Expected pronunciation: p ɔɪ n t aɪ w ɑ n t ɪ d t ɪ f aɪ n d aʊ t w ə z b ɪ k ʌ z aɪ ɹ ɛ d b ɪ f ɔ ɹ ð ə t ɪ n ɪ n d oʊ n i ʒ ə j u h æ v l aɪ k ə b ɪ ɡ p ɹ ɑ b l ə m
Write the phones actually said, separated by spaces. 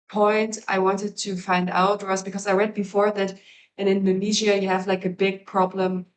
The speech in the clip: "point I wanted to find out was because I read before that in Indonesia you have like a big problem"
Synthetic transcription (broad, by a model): p ɔɪ n t aɪ w ɑ n t ɪ d t ɪ f aɪ n d aʊ t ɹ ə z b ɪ k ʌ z aɪ ɹ ɛ d b ɪ f ɔ ɹ ð ə t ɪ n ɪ n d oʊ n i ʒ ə j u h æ v l aɪ k ə b ɪ ɡ p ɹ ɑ b l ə m